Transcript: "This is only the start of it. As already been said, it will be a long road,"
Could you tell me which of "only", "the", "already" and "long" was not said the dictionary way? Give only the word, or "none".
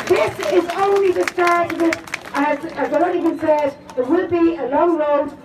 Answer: already